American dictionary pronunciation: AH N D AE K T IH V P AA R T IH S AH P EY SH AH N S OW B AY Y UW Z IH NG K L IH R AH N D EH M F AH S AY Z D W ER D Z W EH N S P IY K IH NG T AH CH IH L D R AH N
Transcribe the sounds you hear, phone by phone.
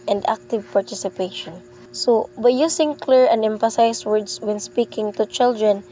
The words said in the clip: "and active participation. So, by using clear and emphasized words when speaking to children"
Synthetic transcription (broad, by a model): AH N D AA K T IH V P AA R T IH S AH P EY SH AH N S OW B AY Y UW S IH NG K L IH R AH N D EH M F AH S AY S W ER D S W EH N S P IY K IH NG T AH CH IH L D R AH N